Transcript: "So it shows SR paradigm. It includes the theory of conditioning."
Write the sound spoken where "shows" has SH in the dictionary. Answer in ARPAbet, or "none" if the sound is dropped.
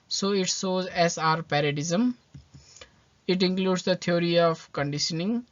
S